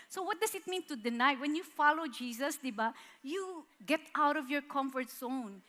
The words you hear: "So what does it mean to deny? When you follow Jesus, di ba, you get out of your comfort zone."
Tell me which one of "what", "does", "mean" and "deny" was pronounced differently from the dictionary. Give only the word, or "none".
does